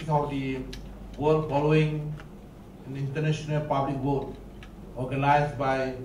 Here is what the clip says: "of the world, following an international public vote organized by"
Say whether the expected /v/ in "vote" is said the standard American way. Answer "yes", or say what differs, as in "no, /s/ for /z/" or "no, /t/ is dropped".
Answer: no, /w/ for /v/